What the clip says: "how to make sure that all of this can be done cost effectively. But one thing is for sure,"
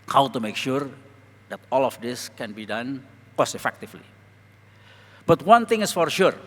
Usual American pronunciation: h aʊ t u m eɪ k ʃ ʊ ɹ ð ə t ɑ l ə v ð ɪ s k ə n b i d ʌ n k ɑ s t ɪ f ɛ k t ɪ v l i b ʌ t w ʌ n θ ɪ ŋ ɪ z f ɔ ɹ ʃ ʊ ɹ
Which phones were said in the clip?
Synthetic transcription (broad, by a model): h aʊ t u m eɪ k ʃ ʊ ɹ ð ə t ɑ l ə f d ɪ s k ə n b i d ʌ n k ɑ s ɪ f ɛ k t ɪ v l i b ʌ t w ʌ n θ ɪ ŋ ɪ s f ɔ ɹ ʃ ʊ ɹ